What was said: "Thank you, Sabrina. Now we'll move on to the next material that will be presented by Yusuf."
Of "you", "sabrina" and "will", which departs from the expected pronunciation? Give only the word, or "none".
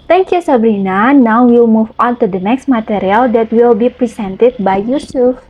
none